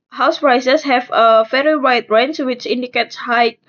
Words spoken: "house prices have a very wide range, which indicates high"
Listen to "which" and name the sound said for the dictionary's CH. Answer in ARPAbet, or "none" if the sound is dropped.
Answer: CH